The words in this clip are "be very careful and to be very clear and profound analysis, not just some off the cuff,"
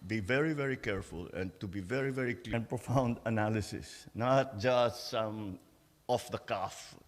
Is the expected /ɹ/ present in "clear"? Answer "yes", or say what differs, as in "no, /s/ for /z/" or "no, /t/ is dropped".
no, /l/ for /ɹ/